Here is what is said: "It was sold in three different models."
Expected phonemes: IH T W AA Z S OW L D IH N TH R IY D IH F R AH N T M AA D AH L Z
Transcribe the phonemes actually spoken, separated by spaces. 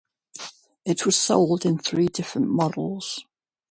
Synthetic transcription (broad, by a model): IH T W AA Z S OW L D IH N TH R IY D IH F R AH N T M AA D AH L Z